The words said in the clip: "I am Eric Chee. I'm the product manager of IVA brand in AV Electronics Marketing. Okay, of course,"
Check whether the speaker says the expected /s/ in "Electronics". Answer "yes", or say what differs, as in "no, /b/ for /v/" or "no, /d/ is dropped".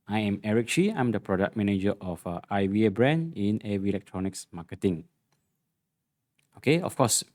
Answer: yes